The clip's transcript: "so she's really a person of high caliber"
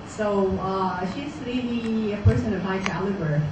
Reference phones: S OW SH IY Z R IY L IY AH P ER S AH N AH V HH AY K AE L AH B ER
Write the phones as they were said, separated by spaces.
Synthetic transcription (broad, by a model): S OW SH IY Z L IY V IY AH P ER S AH N AH V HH AY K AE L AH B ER